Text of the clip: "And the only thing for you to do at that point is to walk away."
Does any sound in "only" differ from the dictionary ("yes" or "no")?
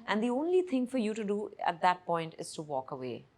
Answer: no